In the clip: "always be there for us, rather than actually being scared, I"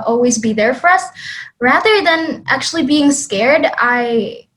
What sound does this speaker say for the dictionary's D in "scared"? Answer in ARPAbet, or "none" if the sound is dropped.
D